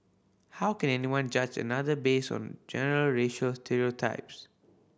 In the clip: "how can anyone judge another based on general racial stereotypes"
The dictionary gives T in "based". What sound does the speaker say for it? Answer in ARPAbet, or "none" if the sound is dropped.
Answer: none